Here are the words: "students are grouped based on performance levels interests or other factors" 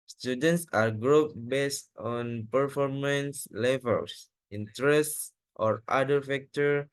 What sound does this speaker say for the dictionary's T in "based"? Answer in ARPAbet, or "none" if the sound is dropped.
T